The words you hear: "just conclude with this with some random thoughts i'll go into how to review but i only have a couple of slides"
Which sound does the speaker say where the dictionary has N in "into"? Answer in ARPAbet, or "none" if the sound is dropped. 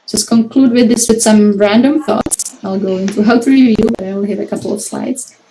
N